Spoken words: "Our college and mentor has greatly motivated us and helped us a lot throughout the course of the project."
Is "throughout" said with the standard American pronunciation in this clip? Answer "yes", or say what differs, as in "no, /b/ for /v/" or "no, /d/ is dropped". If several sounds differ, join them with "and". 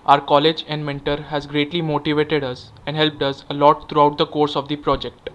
no, /t/ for /θ/